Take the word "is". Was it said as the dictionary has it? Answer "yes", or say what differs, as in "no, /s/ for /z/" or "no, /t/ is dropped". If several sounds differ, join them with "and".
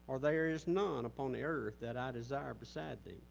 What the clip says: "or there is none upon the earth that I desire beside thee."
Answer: yes